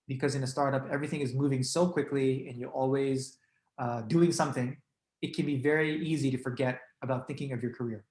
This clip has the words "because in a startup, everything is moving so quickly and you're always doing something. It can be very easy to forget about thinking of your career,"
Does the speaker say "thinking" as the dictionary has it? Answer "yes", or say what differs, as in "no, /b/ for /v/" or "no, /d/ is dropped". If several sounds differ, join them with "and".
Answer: yes